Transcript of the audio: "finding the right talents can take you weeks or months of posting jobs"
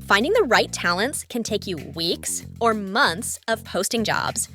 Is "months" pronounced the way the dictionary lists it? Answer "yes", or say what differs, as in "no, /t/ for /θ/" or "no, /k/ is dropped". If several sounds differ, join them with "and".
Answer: yes